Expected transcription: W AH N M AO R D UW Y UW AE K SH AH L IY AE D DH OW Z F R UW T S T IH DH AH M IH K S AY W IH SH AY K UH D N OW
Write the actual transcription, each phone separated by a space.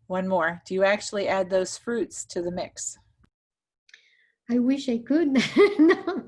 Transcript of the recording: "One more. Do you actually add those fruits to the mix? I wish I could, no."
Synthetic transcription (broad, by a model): W AH N M AO R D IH Y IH AE K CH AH L IY AE D DH OW Z F R UW T S T IH DH AH M IH K S AY W IH SH AY K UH D N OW